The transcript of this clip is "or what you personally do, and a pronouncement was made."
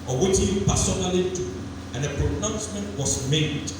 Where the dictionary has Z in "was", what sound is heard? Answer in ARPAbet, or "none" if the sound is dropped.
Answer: S